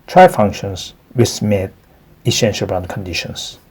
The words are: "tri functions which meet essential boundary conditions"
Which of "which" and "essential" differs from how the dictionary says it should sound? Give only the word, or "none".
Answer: which